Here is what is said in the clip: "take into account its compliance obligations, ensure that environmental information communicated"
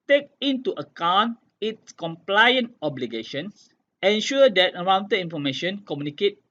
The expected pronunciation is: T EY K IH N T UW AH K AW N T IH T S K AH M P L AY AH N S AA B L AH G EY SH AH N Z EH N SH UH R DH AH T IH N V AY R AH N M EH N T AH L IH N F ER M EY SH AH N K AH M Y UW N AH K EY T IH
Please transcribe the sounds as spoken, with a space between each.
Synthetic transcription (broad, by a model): T EY K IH N T UW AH K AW N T IH T S K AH M P L AY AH N AA B L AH G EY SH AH N S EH N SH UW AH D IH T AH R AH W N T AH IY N F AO M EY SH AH N K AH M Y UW N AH K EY T